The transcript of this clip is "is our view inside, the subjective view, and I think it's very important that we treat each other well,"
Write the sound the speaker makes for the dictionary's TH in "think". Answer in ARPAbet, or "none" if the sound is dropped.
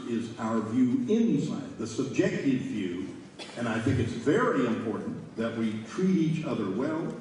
TH